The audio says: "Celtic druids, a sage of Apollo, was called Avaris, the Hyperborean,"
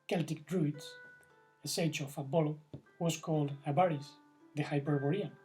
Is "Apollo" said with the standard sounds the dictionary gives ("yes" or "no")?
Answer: no